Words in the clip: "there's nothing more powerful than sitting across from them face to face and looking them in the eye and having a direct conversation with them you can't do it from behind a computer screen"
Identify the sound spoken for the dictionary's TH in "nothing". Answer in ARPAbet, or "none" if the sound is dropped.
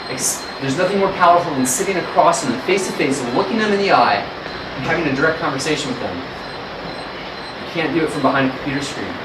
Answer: TH